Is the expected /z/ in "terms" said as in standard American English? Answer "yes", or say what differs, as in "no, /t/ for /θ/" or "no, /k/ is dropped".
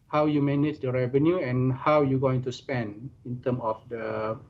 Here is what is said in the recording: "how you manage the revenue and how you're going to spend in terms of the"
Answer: no, /z/ is dropped